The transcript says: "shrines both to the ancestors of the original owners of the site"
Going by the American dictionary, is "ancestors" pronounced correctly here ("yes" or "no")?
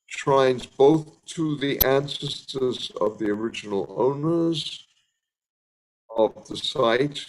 yes